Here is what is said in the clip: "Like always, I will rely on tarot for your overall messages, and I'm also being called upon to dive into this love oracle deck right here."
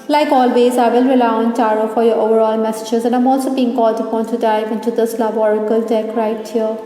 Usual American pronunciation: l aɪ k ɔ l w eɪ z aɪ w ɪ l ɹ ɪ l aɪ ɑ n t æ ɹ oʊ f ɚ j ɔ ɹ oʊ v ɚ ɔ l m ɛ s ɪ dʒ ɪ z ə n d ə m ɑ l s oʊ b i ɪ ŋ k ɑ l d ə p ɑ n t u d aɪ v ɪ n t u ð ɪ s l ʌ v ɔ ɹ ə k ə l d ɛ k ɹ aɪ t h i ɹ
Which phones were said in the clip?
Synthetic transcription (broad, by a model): l aɪ k ɔ l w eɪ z aɪ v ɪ l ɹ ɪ l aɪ ɑ n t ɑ ɹ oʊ f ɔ j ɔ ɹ oʊ v ɚ ɔ l m ɛ s ɪ dʒ ɪ z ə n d ə m ɑ l s oʊ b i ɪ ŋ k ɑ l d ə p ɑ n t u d aɪ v ɪ n t u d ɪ s l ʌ b ɔ ɹ ə k ə l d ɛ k ɹ aɪ t h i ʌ